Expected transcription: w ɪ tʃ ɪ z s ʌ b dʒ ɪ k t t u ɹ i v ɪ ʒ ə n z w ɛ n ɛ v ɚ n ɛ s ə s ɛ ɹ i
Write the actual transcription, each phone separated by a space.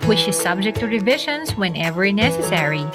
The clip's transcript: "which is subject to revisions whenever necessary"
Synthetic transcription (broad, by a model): w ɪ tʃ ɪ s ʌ b dʒ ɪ k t t u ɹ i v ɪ ʃ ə n s w ɛ n ɛ v ɚ n ɛ s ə s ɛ ɹ i